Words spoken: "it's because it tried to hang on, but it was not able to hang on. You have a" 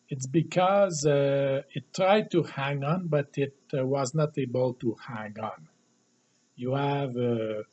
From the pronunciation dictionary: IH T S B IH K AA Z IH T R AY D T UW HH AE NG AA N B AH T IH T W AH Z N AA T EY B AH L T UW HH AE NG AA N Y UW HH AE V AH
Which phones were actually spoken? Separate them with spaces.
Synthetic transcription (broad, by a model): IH T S B IH K AA Z IH T R AY D T UW HH AE NG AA N B AH T IH T W AH Z N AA T EY B AH L T UW HH AE NG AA N Y UW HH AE V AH